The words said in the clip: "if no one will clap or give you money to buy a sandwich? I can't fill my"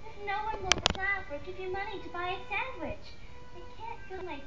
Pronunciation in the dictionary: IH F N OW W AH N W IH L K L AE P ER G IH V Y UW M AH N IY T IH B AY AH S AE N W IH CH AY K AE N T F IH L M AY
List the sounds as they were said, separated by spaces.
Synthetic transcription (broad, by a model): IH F N OW W AH N W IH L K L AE F ER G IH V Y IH M AH N IY T IH B AY AH S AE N W IH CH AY K AE N T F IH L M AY